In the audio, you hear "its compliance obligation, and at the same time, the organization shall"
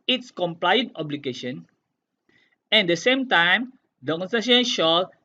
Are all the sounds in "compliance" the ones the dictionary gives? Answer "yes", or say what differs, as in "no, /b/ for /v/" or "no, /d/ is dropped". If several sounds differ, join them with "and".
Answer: no, /s/ is dropped